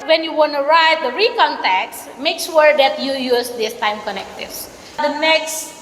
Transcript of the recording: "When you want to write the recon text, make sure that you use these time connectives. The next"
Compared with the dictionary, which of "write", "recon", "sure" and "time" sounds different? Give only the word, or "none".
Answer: sure